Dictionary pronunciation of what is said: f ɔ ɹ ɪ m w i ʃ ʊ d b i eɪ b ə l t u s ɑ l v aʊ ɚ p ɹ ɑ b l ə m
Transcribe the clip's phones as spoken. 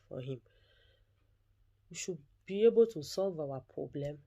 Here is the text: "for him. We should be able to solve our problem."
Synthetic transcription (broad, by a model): f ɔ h ɪ m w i ʃ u b i eɪ b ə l t u s ɑ l v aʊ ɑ p ɹ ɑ b l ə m